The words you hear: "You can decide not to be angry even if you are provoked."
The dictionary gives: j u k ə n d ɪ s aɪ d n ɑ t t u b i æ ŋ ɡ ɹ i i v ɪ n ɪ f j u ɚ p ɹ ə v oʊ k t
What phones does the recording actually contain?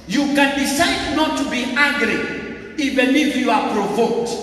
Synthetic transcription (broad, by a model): j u k ə n d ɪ s aɪ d n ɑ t t u b i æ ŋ ɡ ɹ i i b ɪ l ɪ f j u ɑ p ɹ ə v oʊ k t